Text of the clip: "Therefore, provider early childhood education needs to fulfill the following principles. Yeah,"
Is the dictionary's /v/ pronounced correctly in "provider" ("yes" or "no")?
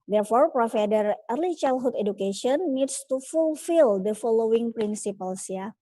no